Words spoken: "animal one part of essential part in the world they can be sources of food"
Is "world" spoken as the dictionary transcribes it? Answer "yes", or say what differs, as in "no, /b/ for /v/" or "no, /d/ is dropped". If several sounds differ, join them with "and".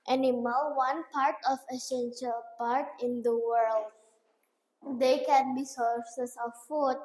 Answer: yes